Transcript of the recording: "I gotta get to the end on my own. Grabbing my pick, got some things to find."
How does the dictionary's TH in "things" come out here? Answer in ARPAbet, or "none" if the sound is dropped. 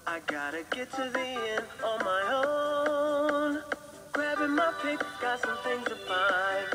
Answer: TH